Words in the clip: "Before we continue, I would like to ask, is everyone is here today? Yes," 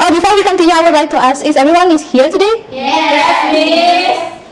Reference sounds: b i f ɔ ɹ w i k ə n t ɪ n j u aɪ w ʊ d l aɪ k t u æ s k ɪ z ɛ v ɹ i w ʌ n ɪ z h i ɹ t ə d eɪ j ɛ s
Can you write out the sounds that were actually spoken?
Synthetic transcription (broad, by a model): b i f ɔ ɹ w i k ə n t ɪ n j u aɪ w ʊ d l aɪ k t u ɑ s ɪ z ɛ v ɹ i w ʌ n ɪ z h i ɹ t ə d eɪ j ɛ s